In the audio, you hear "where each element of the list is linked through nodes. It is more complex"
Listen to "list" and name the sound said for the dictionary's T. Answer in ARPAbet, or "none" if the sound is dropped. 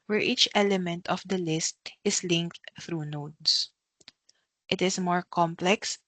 T